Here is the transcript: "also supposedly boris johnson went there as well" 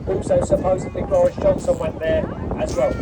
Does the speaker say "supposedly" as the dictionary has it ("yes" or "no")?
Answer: no